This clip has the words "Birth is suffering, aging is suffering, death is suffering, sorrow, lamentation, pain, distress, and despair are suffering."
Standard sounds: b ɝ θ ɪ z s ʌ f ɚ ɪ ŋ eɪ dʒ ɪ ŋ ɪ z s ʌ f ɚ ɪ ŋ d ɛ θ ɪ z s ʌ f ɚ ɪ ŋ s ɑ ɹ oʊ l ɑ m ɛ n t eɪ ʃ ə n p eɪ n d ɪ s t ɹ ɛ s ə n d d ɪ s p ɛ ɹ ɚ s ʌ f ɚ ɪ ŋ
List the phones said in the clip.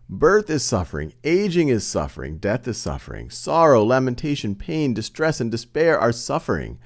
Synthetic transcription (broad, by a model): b ɝ θ ɪ z s ʌ f ɚ ɪ ŋ eɪ dʒ ɪ ŋ ɪ z s ʌ f ɚ ɪ ŋ d ɛ θ ɪ z s ʌ f ɚ ɪ ŋ s ɑ ɹ oʊ l ɑ m ɛ n t eɪ ʃ ə n p eɪ n d ɪ s t ɹ ɛ s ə n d d ɪ s p ɛ ɹ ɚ s ʌ f ɚ ɪ ŋ